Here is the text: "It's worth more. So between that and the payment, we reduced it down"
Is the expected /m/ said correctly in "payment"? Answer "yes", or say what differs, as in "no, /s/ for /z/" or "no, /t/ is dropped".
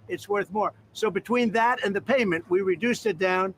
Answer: yes